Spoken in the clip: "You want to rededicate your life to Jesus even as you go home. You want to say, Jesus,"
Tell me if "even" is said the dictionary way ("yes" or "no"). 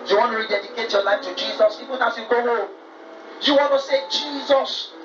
no